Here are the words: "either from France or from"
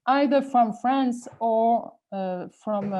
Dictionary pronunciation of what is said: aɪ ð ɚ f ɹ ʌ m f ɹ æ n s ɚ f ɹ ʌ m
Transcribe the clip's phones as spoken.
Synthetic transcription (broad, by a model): aɪ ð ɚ f ɹ ʌ m f ɹ æ n s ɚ f ɹ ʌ m